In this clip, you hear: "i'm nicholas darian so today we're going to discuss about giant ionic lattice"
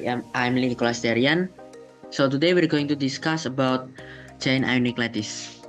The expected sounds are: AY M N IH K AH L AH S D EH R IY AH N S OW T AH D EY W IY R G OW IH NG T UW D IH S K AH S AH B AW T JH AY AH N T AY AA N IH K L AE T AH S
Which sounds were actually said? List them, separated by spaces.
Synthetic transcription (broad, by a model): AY M L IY K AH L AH S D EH R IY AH N S OW T AH D EY W IY R G OW IH NG T UW D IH S K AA S AH B AW T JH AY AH N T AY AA N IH K L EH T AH S